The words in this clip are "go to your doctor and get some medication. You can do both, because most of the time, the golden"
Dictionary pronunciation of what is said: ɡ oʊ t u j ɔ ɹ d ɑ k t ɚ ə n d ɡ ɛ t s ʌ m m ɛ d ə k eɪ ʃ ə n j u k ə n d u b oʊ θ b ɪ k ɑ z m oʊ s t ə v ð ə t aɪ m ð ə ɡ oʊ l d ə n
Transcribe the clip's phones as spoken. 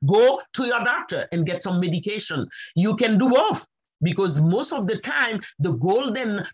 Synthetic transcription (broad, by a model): ɡ oʊ t u j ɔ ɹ d ɑ k t ɚ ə n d ɡ ɛ t s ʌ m m ɛ d ə k eɪ ʃ ə n j u k ə n d u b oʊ f b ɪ k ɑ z m oʊ s t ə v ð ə t aɪ m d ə ɡ oʊ l d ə n